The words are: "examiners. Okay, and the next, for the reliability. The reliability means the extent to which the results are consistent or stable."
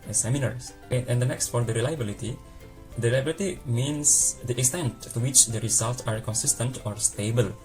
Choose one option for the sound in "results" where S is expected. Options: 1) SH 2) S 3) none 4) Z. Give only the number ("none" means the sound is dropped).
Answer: 3